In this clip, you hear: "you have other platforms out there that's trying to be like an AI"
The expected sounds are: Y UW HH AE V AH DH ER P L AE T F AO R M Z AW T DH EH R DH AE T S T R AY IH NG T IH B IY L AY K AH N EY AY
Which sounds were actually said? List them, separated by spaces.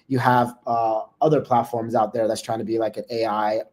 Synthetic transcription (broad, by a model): Y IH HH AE V AH DH ER P L AE T F AO R M Z AW T DH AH R DH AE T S T R AY IH NG T IH B IY L AY K AH N EY AY